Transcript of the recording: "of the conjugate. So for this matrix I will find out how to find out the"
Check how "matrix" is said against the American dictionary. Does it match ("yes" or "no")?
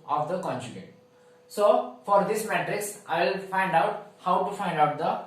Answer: yes